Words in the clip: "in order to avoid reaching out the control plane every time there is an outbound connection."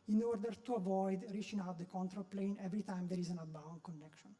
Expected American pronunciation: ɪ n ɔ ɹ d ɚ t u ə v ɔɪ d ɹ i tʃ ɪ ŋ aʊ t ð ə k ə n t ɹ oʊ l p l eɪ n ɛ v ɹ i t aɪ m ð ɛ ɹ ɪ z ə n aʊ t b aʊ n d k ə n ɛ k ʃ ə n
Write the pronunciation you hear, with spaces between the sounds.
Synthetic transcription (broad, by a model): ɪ n ɔ ɹ d ɚ t u ə v ɔɪ d ɹ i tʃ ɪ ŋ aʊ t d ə k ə n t ɹ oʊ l p l eɪ n ɛ v ɹ i t aɪ m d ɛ ɹ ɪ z ə n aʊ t b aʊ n k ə n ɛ k ʃ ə n